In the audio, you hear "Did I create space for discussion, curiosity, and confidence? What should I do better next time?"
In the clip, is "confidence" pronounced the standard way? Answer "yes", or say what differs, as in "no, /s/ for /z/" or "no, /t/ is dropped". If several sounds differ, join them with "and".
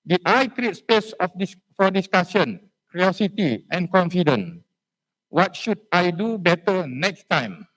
no, /s/ is dropped